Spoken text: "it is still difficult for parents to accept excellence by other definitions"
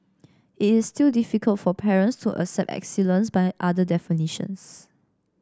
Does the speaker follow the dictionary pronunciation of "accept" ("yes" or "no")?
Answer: no